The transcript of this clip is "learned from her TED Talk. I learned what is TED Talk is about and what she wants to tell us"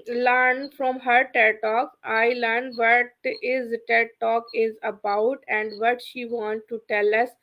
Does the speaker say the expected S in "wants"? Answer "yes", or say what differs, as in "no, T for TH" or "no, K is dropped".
no, S is dropped